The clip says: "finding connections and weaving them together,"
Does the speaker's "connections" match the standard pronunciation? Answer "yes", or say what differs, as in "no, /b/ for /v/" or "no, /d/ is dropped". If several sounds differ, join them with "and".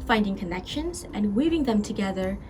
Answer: yes